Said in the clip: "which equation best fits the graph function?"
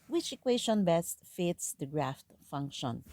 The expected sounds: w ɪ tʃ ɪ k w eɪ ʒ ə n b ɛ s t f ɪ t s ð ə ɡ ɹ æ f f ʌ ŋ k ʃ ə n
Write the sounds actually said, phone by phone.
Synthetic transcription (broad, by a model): w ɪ tʃ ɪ k w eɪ ʃ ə n b ɛ s t f ɪ t s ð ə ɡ ɹ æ f f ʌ ŋ k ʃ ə n